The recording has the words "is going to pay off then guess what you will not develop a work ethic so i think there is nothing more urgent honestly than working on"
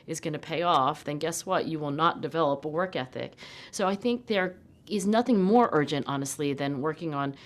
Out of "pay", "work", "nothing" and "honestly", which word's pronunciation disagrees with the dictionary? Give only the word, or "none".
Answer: none